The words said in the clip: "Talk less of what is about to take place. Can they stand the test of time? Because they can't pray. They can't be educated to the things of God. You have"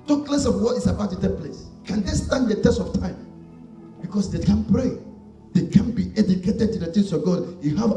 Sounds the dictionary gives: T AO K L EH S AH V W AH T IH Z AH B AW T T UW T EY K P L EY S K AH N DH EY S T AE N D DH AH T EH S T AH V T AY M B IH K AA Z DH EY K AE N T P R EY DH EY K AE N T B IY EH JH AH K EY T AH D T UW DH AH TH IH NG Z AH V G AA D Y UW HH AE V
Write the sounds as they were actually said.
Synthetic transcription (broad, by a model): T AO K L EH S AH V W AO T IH S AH B AW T T UW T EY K P L EY S K AH N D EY S T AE N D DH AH T EH S T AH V T AY M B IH K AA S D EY K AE N P R EY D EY K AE N B IY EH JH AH K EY T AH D T UW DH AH T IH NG S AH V G AA D Y UW HH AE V